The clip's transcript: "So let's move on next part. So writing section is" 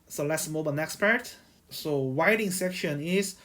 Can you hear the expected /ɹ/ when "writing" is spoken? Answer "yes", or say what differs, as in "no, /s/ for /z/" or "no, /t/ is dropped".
no, /w/ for /ɹ/